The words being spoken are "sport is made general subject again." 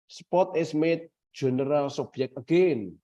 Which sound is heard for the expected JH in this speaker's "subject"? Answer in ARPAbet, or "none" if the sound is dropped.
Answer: none